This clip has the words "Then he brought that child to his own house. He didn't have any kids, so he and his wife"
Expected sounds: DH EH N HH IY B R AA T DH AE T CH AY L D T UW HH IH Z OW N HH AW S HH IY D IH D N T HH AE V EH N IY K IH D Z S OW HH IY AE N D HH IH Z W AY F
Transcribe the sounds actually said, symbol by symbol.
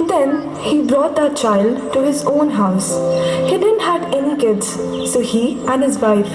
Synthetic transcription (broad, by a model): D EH N HH IY B R AA T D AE T CH AY L D T UW HH IH Z OW N HH AW S HH IY D IH D N T HH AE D EH N IY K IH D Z S OW HH IY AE N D HH IH Z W AY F